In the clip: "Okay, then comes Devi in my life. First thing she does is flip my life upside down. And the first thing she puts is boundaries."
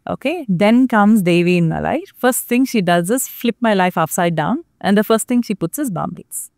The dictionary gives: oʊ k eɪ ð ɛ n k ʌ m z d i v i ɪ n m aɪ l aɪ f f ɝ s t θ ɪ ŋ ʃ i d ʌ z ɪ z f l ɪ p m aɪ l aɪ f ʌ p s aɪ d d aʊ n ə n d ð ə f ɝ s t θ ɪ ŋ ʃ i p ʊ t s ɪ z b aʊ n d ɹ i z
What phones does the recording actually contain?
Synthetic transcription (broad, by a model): oʊ k eɪ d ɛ n k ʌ m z d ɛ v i ɪ n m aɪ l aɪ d f ɝ s t t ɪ ŋ ʃ i d ʌ z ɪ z f l ɪ p m aɪ l aɪ f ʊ f s aɪ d d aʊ n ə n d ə f ɝ s t t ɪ ŋ ʃ i p ʊ t s ɪ z b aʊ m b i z